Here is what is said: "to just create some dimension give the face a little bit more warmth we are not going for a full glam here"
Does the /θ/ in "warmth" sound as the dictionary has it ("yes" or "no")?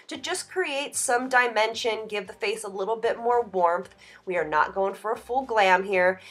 yes